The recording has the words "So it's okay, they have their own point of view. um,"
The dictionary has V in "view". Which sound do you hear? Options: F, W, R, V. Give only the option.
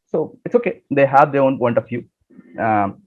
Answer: F